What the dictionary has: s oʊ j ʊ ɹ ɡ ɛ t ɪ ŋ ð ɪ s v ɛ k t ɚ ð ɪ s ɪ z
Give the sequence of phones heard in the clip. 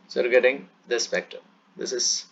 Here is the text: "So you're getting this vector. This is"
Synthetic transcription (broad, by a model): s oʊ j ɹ ɡ ɛ t ɪ ŋ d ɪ s p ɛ k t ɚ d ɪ s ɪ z